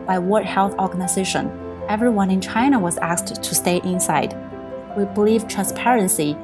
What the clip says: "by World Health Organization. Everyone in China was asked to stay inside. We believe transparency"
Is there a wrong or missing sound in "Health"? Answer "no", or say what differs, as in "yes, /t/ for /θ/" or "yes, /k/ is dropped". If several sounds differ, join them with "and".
no